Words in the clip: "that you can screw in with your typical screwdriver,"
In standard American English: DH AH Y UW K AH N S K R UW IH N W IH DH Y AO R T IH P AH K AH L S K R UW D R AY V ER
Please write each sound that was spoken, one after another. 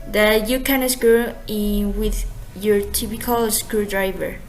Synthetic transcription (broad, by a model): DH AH Y UW K AH N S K UW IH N W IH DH Y AO R T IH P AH K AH L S K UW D R AY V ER